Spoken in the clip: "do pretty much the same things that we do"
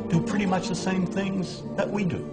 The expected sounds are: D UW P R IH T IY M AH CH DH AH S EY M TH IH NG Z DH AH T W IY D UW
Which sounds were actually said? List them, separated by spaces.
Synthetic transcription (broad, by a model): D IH P R IH T IY M AH CH DH AH S EY M TH IH NG Z DH AH T W IY D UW